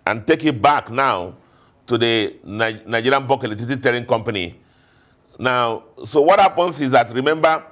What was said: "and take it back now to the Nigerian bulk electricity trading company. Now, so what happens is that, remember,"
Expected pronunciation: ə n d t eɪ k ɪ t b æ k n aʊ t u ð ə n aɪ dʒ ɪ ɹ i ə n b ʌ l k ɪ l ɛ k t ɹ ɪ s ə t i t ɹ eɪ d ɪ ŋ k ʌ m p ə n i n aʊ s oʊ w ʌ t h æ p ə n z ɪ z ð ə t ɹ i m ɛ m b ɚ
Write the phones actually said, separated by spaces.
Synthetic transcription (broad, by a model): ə n t eɪ k ɪ t b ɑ k n aʊ t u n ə n aɪ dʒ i ɹ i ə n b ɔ k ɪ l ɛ t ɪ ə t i t eɪ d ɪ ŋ k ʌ m p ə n i n aʊ s oʊ w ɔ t h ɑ p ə n s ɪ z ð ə t ɹ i m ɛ m b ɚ